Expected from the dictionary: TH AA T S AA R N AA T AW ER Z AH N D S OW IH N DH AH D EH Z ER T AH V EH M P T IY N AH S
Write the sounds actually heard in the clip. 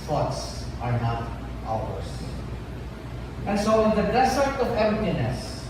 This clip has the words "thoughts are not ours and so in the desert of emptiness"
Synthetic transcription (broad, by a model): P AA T S AA R N AA T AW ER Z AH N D S OW IH N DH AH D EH S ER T AH V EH M P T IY N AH S